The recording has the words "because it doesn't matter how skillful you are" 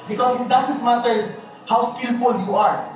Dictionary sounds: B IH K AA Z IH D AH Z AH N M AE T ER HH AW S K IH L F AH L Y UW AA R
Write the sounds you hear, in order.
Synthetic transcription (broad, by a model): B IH K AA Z IH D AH S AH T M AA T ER HH AW S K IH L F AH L Y UW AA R